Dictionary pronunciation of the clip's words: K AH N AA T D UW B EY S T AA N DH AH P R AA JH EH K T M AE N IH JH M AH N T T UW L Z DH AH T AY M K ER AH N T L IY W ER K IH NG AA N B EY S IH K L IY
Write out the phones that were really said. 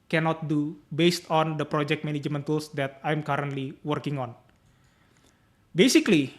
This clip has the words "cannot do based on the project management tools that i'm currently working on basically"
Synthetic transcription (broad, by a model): K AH N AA T D UW B EY S T AA N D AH P R AA JH EH K T M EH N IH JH M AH N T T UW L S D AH T AY M K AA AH N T L IY W ER K IH NG AA N B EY S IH K L IY